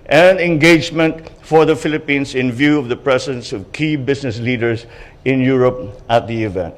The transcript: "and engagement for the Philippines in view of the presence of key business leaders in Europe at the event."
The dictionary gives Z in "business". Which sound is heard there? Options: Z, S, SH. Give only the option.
S